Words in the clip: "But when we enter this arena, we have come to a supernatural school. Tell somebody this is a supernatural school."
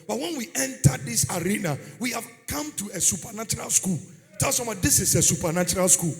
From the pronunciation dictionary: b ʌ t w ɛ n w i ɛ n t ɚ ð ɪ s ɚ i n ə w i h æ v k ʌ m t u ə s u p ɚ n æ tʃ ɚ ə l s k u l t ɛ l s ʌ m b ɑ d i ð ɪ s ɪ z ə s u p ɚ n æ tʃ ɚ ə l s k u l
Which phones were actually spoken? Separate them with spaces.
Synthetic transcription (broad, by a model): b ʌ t w ɛ n w i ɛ n t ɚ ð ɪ s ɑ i n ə w i h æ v k ʌ m t u ə s u p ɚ n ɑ tʃ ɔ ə l s k u l t ɛ l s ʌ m ɑ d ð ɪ s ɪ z ə s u p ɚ n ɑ tʃ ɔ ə l s k u l